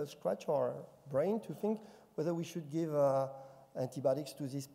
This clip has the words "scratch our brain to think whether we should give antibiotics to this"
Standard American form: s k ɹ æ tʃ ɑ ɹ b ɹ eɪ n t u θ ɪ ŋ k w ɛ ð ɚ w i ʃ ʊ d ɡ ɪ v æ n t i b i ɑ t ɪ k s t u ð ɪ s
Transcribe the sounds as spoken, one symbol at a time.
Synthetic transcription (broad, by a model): s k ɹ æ tʃ ɑ ɹ b ɹ eɪ n t u θ ɪ ŋ k w ɛ ð ɚ w i ʃ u d ɡ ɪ v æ n t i b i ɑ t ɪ k s t u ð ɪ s